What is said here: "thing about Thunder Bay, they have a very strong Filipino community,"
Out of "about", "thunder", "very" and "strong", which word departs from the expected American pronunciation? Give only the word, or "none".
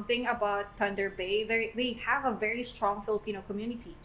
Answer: thunder